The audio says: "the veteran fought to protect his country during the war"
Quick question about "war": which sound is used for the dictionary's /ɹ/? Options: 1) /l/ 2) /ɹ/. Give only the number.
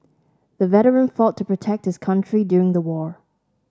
2